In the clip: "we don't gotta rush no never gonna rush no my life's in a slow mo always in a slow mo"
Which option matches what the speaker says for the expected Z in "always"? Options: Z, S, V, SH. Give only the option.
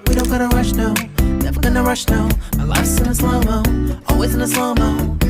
Z